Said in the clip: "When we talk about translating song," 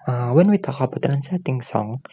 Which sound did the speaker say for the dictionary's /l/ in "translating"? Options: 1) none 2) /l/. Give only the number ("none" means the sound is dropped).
1